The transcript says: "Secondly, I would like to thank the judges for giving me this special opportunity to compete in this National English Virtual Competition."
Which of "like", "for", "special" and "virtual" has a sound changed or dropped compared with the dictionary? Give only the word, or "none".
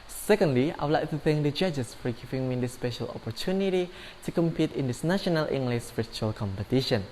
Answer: virtual